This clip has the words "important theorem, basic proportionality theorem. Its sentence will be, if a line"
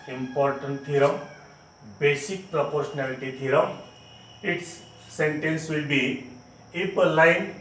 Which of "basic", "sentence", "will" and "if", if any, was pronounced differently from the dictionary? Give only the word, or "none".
if